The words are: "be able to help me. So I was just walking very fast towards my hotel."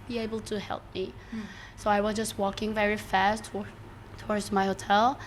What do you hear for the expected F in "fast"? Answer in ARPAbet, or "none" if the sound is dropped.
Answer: F